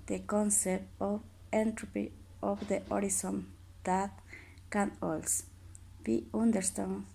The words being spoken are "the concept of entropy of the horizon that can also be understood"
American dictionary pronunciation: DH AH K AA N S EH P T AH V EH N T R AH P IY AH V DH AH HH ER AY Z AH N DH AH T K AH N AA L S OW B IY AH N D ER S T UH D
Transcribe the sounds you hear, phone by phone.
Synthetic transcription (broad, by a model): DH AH K AA N S EH P T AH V EH N T R AH P IY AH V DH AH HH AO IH S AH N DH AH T K AH N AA L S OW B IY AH N D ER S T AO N